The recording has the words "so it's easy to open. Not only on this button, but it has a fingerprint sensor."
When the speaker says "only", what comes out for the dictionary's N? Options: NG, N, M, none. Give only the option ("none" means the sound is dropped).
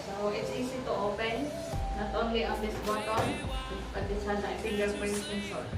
N